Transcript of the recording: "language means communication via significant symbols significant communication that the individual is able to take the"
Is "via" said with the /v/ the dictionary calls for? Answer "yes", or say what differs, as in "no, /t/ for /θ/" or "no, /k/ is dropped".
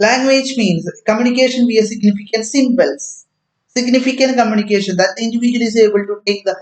no, /b/ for /v/